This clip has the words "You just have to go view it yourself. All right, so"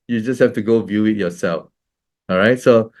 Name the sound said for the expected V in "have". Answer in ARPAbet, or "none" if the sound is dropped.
F